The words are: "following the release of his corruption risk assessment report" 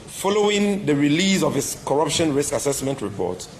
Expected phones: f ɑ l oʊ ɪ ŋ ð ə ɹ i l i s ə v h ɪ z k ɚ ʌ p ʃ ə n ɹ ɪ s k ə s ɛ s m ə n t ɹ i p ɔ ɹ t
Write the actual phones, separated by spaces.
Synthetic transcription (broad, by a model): f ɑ l oʊ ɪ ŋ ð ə ɹ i l i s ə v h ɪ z k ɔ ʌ p ʃ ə n ɹ ɪ s k ə s ɛ s m ə n t ɹ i p ɔ t